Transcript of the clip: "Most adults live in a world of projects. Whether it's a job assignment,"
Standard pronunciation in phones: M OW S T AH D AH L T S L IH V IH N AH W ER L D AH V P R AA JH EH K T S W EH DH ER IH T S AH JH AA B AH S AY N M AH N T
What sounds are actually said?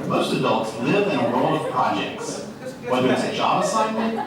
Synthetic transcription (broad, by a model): M OW S T AH D AH L T S L IH V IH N AH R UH L AH V P R AA JH EH K T S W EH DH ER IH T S AH JH AA B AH S AY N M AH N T